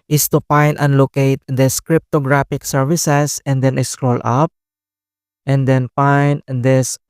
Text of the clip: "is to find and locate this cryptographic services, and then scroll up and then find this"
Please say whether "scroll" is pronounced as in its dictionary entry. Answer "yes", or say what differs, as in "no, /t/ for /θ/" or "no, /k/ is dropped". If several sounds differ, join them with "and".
yes